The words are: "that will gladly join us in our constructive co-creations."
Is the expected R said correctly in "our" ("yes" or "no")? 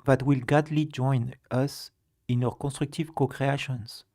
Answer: no